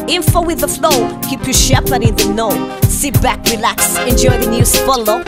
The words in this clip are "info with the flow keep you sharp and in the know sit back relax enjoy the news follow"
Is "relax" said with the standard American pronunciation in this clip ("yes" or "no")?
yes